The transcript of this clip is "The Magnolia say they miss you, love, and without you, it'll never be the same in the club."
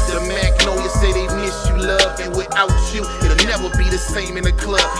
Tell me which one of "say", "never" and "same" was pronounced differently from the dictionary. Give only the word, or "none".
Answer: none